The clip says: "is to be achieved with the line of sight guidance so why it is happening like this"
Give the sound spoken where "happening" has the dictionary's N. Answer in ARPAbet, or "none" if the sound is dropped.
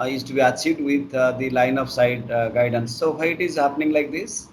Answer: N